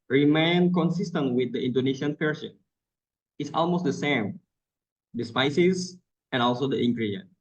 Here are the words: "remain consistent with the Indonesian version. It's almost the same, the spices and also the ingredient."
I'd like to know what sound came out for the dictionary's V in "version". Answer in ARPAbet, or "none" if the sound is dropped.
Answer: P